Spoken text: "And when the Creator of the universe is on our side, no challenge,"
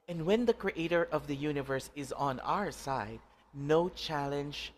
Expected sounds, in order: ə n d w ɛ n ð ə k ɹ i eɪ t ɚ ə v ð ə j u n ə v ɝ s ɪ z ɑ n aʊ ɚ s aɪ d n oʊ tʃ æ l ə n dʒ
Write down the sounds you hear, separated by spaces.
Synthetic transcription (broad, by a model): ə n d w ɛ n ð ə k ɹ i eɪ t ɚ ə v ð ə j u n ə v ɝ s ɪ z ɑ n aʊ ɚ s aɪ d n oʊ tʃ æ l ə n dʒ